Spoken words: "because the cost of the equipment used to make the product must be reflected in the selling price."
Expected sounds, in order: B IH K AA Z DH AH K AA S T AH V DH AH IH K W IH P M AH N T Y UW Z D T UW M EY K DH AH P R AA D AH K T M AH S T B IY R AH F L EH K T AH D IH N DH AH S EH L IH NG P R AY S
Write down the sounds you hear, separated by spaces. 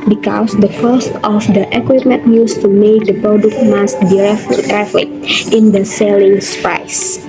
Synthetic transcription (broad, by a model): B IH K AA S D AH K AA S T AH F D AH IH K W IH P M AH N T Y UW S T UW M EY K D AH P R AA D AH K T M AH S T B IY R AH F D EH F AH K IH N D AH S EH L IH NG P R AY S